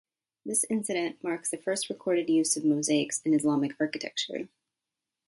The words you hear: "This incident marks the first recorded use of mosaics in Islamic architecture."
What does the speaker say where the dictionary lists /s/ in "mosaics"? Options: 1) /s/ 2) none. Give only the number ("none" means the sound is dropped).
1